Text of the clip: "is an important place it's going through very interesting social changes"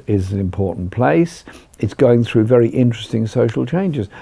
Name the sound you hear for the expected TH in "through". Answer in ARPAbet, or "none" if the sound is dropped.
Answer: TH